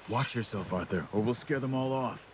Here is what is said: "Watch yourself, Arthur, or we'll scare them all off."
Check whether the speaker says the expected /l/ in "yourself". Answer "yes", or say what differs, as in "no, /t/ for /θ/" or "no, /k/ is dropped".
yes